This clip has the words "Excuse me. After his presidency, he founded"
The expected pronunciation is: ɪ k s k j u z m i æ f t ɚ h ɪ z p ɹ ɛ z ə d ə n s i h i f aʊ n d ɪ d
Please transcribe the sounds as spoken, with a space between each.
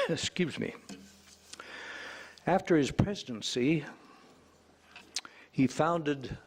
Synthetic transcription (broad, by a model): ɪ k s k j u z m i æ f t ɚ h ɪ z p ɹ ɛ z ə d ə n s i h i f aʊ n d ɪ d